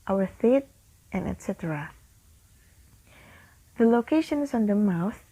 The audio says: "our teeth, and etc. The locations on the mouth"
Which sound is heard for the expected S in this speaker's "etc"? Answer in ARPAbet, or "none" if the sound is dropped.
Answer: S